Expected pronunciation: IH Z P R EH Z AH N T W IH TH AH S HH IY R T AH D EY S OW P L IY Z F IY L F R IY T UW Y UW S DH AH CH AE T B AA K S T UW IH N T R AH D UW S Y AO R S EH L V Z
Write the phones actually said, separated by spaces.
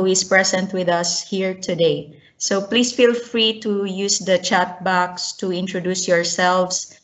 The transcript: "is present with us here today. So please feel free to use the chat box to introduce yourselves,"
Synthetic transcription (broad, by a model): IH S P R EH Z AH N T W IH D AH S HH IY R T AH D EY S OW P L IY S F IY L F R IY T UW Y UW S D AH CH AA T B AA K S T UW IH N T R AH D UW S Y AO R S EH L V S